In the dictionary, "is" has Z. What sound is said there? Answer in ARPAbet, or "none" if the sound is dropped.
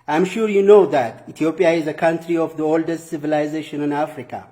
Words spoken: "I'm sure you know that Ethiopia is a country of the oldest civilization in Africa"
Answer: Z